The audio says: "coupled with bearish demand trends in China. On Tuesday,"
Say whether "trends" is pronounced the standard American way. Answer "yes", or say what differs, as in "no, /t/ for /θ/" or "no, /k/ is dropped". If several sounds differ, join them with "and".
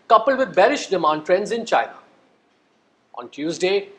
yes